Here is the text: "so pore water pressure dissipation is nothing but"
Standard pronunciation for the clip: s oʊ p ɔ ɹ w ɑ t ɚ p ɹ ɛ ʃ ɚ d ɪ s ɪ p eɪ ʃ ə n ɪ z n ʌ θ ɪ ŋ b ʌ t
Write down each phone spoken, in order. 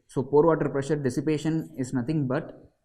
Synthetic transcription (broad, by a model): s oʊ p ɔ ɹ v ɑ t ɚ p ɹ ɛ ʃ ɚ d ɪ s ɪ p eɪ ʃ ə n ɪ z n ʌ t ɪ ŋ b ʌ t